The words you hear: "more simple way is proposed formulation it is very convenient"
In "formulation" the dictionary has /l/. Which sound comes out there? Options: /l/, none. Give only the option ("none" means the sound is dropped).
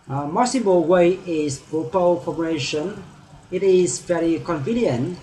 none